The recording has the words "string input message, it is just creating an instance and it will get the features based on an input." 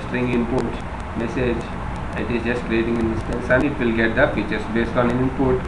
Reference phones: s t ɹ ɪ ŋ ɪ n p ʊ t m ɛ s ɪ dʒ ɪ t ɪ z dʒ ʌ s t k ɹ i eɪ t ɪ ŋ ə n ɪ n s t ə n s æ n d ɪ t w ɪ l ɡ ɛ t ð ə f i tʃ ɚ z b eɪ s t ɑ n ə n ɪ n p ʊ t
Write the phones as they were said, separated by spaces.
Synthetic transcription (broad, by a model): s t ɹ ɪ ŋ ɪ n p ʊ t m ɛ s ɪ dʒ ɪ t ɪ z dʒ ʌ s t k ɹ i eɪ t ɪ ŋ ə n ɪ n s t ə n s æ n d ɪ t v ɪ l ɡ ɛ t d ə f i tʃ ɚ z b eɪ s t ɑ n ə n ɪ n p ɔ t